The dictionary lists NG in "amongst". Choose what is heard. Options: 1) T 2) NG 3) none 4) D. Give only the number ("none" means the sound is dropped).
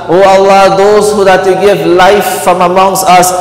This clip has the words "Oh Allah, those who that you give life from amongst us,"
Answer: 2